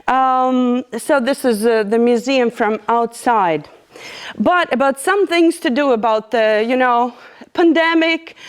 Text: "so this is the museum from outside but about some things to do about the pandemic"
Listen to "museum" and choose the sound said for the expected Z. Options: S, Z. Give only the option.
Z